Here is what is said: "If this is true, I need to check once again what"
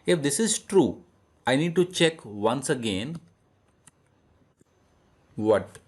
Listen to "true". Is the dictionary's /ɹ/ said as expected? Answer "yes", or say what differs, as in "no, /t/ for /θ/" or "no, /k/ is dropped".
yes